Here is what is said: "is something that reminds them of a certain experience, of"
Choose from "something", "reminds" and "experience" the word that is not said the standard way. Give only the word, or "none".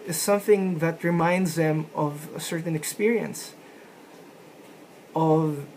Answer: none